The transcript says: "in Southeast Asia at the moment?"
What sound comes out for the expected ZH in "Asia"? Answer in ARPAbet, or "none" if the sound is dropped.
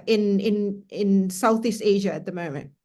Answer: ZH